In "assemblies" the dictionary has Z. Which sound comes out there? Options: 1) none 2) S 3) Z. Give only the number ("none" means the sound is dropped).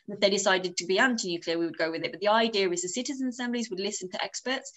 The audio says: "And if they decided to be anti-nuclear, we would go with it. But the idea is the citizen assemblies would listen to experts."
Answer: 3